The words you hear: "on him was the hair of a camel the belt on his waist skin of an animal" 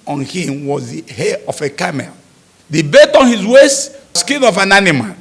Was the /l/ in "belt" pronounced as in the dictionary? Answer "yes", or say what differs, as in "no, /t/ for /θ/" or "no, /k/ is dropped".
no, /l/ is dropped